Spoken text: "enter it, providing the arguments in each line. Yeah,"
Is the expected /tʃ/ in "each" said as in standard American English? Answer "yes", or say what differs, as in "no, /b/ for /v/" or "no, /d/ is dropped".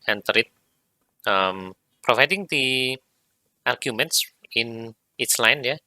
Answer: no, /s/ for /tʃ/